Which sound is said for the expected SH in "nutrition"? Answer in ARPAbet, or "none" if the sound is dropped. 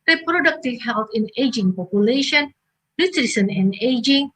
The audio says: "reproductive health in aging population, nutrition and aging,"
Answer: S